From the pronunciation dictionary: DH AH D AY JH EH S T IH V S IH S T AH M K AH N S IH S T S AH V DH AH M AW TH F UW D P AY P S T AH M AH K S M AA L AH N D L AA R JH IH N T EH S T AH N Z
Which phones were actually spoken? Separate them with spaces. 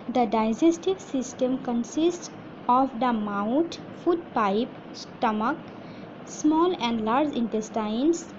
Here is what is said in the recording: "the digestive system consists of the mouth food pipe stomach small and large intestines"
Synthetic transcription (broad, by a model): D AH D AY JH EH S T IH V S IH S T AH M K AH N S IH S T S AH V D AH M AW T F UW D P AY P S T AH M AH K S M AA L AH N D L AA R JH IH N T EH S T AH N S